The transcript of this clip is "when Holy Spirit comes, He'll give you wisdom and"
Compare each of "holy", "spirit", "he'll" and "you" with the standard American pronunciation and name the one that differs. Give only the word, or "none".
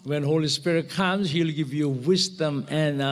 none